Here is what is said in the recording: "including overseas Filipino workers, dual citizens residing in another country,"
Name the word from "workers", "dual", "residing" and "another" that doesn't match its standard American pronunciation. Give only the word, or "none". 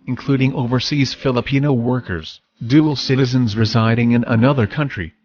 none